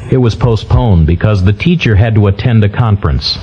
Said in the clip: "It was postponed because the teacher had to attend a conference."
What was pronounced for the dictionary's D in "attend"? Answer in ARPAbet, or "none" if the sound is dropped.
D